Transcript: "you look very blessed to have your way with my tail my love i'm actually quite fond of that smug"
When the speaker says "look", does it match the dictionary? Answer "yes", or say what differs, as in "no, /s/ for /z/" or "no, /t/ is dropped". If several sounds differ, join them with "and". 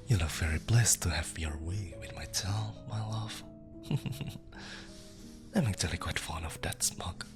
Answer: no, /n/ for /l/